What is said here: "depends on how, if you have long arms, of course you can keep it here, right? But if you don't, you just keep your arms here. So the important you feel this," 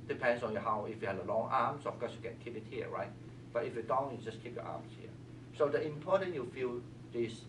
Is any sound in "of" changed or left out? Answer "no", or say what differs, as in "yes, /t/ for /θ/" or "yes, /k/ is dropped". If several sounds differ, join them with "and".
yes, /f/ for /v/